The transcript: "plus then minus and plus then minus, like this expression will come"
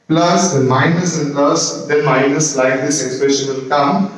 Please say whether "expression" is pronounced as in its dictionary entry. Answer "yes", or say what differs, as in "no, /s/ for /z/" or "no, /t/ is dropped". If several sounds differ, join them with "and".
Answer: yes